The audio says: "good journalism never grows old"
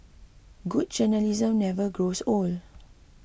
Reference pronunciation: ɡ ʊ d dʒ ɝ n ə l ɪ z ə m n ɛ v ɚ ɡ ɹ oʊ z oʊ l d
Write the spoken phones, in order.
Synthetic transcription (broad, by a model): ɡ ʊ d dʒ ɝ n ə l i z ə m n ɛ v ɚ ɡ ɹ oʊ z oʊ l